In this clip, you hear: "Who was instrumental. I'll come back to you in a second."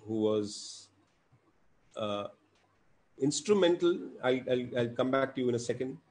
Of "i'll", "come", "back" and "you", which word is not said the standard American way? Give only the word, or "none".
none